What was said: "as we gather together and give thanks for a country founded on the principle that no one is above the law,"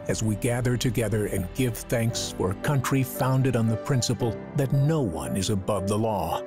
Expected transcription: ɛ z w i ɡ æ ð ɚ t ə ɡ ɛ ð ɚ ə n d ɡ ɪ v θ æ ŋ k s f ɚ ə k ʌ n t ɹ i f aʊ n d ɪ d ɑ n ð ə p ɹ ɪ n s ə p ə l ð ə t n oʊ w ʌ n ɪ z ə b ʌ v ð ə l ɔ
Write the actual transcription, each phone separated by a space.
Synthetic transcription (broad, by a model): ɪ z w i ɡ æ ð ɚ t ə ɡ ɛ ð ɚ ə n ɡ ɪ v θ æ ŋ k s f ɚ ə k ʌ n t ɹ i f aʊ n d ɪ d n ð ə p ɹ ɪ n s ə p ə l ð ə t n oʊ w ʌ n ɪ z ə b ʌ v ð ə l ɔ